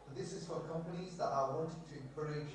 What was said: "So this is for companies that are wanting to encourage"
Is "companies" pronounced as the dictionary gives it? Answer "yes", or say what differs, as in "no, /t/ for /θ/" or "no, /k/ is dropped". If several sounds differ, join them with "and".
yes